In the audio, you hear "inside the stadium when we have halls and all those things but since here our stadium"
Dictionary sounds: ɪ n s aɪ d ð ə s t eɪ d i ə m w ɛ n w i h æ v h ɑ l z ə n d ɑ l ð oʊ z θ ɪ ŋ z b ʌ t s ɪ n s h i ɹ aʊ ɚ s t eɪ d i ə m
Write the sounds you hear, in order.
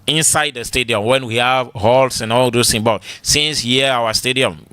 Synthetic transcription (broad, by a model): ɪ n s aɪ d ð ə s t eɪ d i ə m w ɛ n w i h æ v h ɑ l s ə n ɑ l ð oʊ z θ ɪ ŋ b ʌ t s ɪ n s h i aʊ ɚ s t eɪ d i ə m